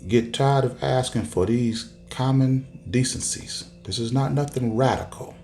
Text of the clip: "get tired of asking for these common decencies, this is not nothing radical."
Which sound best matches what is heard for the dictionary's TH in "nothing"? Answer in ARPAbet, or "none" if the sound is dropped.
TH